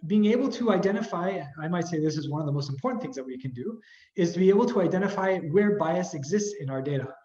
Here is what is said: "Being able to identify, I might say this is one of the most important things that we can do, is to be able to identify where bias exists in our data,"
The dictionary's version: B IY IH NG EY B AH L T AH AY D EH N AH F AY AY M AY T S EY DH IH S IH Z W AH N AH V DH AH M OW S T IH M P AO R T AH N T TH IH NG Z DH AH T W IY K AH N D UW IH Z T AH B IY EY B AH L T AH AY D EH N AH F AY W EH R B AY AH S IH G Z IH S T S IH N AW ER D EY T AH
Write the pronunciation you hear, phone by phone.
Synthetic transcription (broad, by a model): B IY IH NG EY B L T AH AY D EH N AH F AY AY M AY T S EY DH IH S IH Z W AH N AH V DH AH M OW S T M P AO R T N TH IH NG Z DH AH T W IY K AH N D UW IH Z T AH B IY EY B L T AH AY D EH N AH F AY W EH R B AY AH S IH G Z IH S T S IH N AW ER D EY T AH